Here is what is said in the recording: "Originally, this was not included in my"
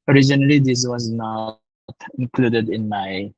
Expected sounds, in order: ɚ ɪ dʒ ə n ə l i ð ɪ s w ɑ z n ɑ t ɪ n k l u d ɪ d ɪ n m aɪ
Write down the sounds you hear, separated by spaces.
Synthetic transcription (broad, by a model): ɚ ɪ dʒ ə n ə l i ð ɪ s w ɑ z n ɑ t ɪ n k l u d ɪ d ɪ n m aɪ